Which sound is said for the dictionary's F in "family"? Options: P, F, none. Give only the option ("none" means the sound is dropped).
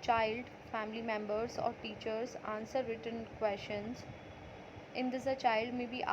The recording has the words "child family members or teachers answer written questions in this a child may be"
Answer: F